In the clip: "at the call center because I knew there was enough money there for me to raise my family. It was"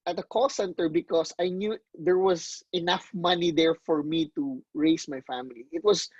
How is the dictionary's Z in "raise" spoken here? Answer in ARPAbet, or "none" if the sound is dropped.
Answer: S